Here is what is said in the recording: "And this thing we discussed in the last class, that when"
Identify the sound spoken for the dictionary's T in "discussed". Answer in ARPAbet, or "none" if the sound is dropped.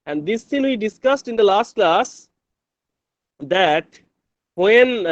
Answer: T